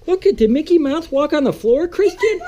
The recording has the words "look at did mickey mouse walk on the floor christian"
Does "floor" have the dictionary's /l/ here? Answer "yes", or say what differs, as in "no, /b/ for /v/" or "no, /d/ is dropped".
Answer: yes